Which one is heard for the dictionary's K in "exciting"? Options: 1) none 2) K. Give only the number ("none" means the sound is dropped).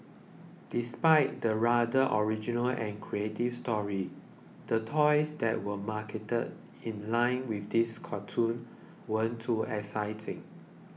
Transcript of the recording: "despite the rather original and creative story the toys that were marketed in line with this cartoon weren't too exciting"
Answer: 1